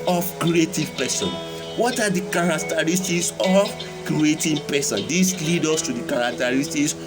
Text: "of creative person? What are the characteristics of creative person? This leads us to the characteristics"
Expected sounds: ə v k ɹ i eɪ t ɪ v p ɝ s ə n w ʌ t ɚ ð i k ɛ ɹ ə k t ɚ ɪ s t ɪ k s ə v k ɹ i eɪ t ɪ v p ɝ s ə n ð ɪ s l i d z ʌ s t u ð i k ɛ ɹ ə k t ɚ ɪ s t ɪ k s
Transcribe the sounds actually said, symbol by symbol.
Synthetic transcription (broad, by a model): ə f k ɹ i eɪ t ɪ v p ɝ s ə n w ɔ t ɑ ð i k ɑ ɹ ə k t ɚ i s t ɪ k s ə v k ɹ i eɪ t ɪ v p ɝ s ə n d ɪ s l i d ɔ s t u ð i k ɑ ɹ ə k t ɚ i s t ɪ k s